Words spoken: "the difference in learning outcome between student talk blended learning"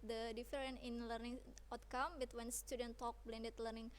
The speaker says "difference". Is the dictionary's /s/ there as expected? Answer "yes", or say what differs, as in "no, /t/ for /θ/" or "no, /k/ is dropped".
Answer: no, /s/ is dropped